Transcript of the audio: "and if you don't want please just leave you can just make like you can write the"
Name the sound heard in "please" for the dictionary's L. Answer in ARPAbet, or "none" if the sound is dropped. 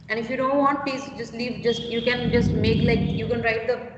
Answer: none